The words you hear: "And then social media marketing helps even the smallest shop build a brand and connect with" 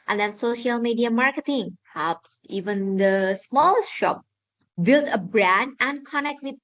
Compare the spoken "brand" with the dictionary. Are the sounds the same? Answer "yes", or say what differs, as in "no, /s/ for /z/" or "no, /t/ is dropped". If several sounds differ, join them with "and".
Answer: yes